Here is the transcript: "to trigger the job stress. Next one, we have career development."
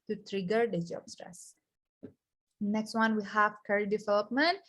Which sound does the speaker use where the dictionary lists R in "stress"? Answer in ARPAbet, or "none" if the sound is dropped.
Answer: R